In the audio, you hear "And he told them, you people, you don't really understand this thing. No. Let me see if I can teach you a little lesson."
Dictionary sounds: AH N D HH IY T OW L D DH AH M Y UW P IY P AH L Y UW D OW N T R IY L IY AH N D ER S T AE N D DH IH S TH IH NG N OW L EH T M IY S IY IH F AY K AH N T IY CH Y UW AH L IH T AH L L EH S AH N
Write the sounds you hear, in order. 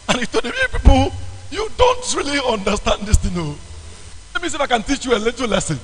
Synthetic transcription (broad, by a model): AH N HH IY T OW D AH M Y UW P IY P AH L Y UW D OW N T R IY L IY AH N D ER S T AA N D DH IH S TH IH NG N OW L EH T M IY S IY IH F AY K AH N T IY CH Y UW AH L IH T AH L L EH S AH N